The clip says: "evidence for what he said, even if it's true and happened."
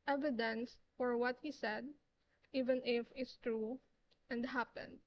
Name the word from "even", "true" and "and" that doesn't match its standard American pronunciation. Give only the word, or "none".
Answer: none